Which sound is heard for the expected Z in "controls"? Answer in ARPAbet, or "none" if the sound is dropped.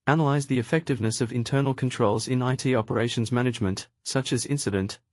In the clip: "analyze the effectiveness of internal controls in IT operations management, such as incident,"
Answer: Z